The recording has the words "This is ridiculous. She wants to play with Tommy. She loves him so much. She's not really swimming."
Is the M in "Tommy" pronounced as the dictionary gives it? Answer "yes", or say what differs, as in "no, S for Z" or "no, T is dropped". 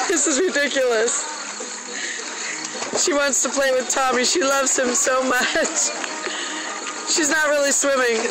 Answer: yes